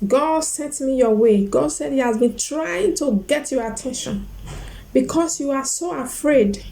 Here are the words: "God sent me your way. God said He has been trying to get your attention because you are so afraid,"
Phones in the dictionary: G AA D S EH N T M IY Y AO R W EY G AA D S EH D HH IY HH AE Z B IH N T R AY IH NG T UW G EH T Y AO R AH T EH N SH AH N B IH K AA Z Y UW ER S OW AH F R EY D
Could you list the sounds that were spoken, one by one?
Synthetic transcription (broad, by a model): G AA D S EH T M IY Y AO W EY G AA D S EH D HH IY HH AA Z B IH N T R AY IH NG T UW G EH T Y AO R AH T EH N SH AH N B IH K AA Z Y UW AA S OW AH F R EY D